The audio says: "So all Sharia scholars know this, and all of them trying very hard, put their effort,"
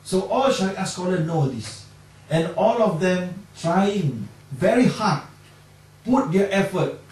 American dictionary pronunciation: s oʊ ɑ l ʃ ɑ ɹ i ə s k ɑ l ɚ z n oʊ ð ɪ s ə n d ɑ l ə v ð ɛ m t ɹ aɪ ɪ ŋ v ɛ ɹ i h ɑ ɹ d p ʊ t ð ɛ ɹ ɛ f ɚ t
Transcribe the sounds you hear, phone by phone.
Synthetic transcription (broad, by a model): s oʊ ɑ l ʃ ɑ i s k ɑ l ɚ n oʊ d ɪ s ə n ɑ l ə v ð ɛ m t ɹ aɪ ɪ ŋ v ɛ ɹ i h ɑ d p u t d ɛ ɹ ɛ f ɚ t